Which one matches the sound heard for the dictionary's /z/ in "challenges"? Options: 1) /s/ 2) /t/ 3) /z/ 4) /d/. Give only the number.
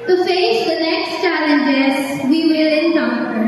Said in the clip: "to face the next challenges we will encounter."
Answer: 1